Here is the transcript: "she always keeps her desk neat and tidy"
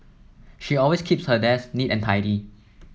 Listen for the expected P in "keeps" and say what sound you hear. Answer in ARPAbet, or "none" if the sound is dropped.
P